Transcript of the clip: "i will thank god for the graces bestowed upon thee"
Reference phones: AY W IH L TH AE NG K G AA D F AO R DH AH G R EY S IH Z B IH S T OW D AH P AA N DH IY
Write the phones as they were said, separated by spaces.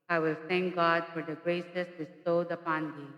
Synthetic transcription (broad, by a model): AY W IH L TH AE NG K G AA D F AO R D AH G R EY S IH S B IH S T OW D AH P AA N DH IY